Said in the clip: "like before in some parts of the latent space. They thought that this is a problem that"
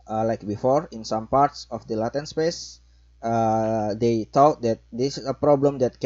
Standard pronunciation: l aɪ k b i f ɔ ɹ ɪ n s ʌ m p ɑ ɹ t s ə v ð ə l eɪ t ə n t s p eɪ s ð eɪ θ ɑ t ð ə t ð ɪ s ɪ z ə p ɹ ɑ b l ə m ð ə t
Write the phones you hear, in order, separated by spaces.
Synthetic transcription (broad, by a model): l aɪ k b i f ɔ ɹ ɪ n s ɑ m p ɑ ɹ t s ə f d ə l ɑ t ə n s p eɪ s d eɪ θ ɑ t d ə t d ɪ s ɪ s ə p ɹ ɑ b l ə m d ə t